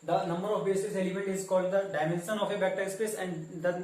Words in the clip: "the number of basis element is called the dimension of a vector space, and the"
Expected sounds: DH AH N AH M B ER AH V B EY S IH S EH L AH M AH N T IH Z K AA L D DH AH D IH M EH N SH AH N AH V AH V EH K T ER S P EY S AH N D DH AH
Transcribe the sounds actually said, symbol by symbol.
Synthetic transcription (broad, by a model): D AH N AH M B ER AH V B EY S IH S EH L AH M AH N T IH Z K AA L D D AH D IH M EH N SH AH N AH F AH B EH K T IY S P EY S AH N D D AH